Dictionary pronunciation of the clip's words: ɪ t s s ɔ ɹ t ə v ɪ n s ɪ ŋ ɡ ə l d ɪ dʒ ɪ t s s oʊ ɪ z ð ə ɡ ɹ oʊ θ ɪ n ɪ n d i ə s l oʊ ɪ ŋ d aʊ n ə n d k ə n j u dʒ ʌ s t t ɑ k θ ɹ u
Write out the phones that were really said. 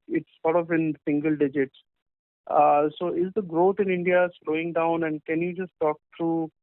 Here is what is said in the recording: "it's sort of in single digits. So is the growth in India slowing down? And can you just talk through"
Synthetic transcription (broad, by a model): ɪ t s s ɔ ɹ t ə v ɪ n s ɪ ŋ ɡ ə l d ɪ dʒ ɪ t s s oʊ ɪ z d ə ɡ ɹ oʊ t ɪ n ɪ n d i ə s l oʊ ɪ ŋ d aʊ n ə n d k ə n j u dʒ ʌ s t t ɑ k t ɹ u